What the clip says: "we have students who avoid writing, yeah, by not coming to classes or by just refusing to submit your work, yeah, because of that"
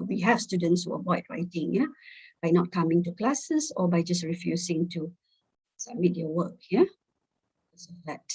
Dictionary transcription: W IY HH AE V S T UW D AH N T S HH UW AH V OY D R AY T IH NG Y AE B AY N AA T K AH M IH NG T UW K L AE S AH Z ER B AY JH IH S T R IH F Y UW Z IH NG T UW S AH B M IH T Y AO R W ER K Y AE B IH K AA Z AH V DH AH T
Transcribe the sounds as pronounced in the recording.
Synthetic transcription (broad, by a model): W IY HH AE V S T UW D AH N T S HH UW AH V OY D R AY T IH NG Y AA B AY N AA T K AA M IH NG T UW K L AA S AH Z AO B AY JH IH S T R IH F Y UW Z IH NG T UW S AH M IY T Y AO W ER K Y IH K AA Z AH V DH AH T